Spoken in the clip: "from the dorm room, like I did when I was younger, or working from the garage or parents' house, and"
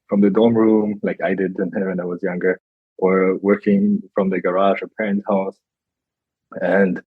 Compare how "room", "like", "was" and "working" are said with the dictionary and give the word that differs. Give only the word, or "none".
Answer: none